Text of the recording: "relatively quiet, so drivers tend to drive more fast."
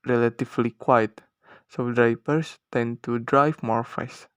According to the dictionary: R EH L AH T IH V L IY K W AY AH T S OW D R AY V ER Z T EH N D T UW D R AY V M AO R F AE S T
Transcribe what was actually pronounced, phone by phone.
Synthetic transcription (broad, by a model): R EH L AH T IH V L IY K W AY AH T S OW D R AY P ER S T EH N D T UW D R AY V M AO R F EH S